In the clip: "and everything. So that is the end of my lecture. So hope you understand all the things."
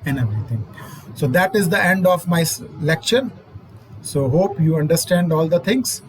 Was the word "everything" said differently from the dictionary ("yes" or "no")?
yes